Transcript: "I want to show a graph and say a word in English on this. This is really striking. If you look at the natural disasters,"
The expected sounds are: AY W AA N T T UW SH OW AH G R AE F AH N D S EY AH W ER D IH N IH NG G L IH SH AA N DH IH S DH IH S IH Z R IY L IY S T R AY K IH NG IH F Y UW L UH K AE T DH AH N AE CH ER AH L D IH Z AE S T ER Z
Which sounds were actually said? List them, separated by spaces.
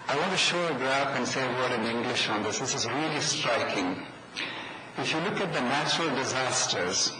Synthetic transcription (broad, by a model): AY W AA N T T UW SH OW AH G R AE P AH N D S EY AH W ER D IH N IH NG G L IH SH AA N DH IH S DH IH S IH Z R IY L IY S T R AY K IH NG IH F Y UW L UH K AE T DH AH N AE CH ER AH L D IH Z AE S T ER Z